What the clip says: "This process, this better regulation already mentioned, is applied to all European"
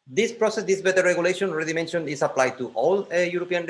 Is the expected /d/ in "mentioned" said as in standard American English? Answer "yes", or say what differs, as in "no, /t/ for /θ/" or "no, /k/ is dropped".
no, /d/ is dropped